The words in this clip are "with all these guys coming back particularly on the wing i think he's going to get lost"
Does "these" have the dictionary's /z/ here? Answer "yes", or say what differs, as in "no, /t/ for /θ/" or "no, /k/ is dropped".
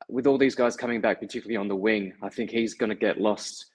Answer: yes